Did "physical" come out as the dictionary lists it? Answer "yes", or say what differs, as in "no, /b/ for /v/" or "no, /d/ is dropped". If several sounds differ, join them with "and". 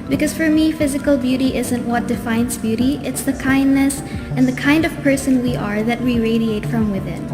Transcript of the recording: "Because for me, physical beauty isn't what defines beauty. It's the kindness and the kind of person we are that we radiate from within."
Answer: yes